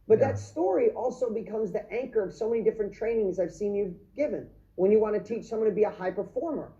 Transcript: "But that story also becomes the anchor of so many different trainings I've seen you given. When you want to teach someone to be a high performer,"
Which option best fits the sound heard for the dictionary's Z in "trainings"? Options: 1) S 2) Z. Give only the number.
2